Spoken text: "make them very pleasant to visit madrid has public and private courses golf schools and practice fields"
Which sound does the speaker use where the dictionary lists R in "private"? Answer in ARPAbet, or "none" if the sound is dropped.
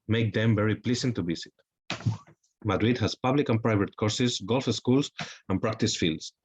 R